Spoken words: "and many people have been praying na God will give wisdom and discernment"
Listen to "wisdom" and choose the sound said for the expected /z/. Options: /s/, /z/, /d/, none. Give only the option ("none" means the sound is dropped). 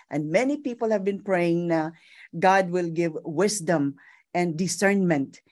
/s/